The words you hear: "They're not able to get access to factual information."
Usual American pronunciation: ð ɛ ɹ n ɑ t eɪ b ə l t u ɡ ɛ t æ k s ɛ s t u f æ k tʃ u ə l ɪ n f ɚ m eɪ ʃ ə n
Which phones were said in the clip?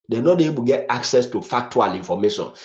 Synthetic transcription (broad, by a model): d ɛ n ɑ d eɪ ə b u ɡ ɛ t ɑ k s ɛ s t u f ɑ k tʃ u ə l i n f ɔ m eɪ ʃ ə n